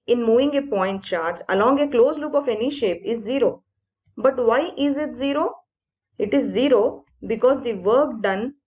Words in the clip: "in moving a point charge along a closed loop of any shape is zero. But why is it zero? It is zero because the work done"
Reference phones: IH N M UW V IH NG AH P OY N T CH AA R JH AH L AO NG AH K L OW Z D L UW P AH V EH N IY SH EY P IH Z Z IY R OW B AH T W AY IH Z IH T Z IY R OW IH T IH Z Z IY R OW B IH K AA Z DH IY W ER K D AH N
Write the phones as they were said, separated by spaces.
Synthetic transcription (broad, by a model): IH N M UW V IH NG AH P OY N T CH AA R JH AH L AO NG AH K L OW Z L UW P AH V EH N IY SH EY P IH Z Z IY R OW B AH T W AY IH Z IH T Z IY R OW IH T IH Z Z IY R OW B IH K AA Z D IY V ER K D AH N